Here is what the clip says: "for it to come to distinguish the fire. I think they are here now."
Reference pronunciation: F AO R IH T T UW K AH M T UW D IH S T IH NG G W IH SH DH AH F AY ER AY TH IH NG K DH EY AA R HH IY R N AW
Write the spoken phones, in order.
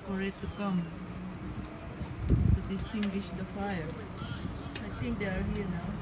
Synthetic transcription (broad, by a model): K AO R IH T T UW K AH M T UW D IH S T IH NG G W IH SH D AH F AY ER AY T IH NG K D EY AA R HH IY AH N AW